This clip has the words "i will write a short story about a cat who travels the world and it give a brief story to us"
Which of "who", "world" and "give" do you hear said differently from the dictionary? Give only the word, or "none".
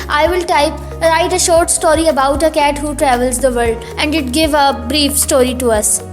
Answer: world